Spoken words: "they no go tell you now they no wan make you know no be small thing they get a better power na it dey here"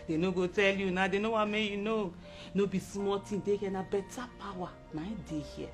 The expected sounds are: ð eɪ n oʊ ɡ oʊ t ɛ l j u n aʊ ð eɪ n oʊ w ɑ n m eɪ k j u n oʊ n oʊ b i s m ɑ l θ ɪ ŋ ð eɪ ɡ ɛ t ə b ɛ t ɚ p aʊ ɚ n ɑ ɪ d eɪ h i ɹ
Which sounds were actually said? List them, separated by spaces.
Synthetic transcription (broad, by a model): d eɪ n oʊ ɡ oʊ t ɛ l j u n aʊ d eɪ n oʊ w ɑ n m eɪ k j u n oʊ n oʊ b i s m ɑ l t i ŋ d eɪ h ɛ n ə b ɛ t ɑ p aʊ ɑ n ɑ ɪ d eɪ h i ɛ